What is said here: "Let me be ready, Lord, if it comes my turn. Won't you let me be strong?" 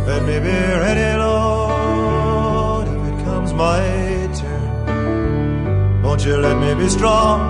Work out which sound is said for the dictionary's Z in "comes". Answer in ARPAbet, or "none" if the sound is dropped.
Z